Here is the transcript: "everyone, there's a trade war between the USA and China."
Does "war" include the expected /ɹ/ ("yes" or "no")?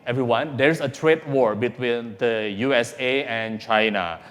yes